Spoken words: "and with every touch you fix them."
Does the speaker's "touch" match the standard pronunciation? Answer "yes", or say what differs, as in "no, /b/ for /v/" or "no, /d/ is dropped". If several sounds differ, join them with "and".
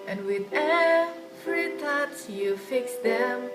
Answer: no, /s/ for /tʃ/